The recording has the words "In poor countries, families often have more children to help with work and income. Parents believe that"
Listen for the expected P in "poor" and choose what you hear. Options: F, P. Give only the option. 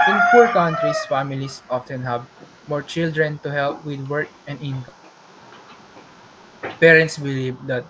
F